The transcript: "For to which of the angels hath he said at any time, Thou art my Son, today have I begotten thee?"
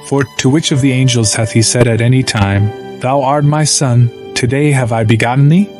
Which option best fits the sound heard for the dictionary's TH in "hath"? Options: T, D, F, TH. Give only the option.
TH